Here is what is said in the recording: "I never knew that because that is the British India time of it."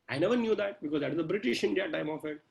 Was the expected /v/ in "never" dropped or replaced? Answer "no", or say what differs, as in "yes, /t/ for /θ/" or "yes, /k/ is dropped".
no